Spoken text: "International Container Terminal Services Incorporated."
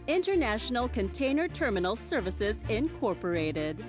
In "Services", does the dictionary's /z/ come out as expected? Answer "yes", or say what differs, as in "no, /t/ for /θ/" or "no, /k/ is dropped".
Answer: yes